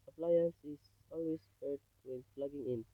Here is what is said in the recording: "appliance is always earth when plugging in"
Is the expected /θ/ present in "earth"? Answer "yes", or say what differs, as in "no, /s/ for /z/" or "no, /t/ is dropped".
no, /t/ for /θ/